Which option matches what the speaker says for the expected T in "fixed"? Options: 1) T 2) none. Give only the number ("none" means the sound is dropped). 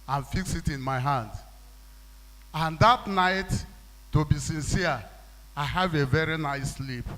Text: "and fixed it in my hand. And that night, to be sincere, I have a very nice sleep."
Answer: 2